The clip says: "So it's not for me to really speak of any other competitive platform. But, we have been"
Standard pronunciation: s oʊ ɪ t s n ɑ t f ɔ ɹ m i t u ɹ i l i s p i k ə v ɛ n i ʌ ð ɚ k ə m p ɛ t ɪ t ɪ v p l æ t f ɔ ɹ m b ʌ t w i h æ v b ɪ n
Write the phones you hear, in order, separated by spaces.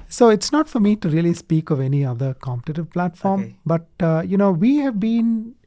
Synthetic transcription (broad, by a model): s oʊ ɪ t s n ɑ t f ɔ ɹ m i t u ɹ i l i s p i k ə v ɛ n i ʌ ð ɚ k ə m p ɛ t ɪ t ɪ v p l æ t f ɔ ɹ m b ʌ t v i h æ v b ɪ n